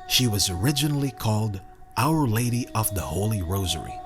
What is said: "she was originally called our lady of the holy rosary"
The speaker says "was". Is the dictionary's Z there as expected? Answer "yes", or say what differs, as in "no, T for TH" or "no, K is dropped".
yes